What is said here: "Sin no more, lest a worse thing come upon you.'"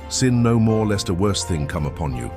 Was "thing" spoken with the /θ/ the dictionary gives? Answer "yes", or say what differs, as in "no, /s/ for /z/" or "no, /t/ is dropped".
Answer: yes